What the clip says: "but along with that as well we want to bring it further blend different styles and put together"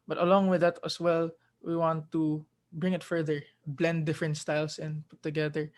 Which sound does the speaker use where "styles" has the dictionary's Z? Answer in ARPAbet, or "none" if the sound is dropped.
S